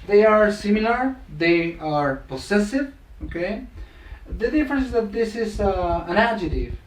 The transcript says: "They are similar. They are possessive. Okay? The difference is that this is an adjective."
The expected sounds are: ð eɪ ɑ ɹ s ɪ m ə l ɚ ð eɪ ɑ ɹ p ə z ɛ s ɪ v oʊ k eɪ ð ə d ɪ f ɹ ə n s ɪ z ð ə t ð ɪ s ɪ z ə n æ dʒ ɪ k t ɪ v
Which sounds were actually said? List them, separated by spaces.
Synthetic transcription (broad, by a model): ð eɪ ɑ ɹ s ɪ m ə l ɚ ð eɪ ɑ ɹ p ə s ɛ s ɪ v oʊ k eɪ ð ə d ɪ f ɹ ə n s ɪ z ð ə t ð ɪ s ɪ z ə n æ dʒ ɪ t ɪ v